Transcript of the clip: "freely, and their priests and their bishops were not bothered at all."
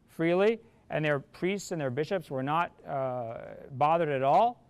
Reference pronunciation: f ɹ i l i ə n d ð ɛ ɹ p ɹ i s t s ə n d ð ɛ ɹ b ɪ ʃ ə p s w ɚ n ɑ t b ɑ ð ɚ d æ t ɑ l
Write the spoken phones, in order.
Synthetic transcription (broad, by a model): f ɹ i l i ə n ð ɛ ɹ p ɹ i s t s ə n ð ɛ ɹ b ɪ ʃ ə p s w ɚ n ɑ t b ɑ ð ɚ d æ t ɑ l